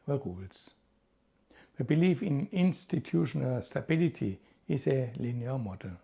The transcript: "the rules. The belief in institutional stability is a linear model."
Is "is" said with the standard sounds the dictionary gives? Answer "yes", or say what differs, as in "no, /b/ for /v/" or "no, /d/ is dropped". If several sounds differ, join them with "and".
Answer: no, /s/ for /z/